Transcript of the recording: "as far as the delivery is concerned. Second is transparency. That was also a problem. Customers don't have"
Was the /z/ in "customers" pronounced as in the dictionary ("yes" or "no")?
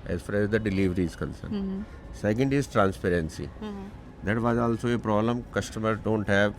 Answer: no